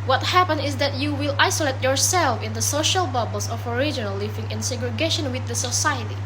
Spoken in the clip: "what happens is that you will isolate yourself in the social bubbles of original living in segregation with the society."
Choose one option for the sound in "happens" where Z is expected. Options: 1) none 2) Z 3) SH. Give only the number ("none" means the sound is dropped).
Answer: 1